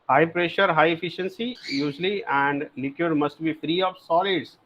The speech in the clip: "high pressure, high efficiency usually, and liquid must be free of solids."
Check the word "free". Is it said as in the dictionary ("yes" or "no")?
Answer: yes